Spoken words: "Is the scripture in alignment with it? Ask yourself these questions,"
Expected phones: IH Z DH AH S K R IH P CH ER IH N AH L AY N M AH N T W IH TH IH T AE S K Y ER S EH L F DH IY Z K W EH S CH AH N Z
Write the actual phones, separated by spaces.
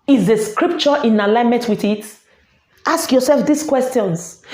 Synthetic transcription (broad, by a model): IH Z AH S K R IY P CH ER IH N AH L AY N M AH N T W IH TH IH T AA S K Y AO S EH L F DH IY S K W EH S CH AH N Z